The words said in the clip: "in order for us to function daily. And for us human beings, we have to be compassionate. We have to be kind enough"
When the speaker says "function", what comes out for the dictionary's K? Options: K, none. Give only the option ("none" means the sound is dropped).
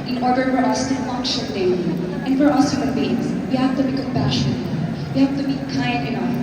none